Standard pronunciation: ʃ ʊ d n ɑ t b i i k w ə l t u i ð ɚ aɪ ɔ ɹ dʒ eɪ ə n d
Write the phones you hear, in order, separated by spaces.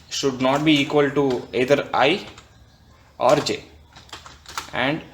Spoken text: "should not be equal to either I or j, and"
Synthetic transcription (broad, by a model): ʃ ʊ d n ɑ t b i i k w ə l t u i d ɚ aɪ ɔ ɹ dʒ eɪ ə n d